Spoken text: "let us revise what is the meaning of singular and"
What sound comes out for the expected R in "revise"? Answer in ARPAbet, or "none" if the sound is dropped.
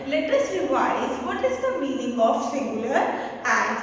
L